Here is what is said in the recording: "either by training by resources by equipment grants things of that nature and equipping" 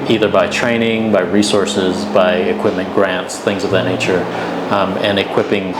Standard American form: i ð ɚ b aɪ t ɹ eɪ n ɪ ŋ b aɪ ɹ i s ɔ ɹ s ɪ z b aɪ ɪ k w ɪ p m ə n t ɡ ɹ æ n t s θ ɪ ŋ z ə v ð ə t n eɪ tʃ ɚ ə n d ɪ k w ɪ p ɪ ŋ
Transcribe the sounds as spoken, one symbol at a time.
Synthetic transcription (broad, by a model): i ð ɚ b aɪ t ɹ eɪ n ɪ ŋ b aɪ ɹ i s ɔ ɹ s ɪ z b aɪ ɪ k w ɪ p m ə n ɡ ɹ æ n t s θ ɪ ŋ z ə v ð ə t n eɪ tʃ ɚ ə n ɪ k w ɪ p ɪ ŋ